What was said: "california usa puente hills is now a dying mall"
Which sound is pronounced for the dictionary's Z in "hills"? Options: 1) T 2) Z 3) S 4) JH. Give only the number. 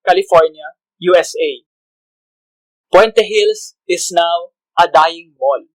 3